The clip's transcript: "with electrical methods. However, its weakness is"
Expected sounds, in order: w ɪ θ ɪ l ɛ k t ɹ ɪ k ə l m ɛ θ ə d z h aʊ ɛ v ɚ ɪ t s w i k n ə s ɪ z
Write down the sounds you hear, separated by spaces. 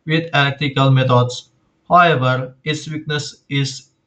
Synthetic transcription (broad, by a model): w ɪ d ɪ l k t ɪ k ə l m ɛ t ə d s h aʊ ɛ v ɚ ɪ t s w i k n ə s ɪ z